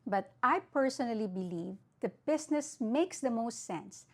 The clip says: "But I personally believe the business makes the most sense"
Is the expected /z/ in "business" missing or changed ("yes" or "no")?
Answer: yes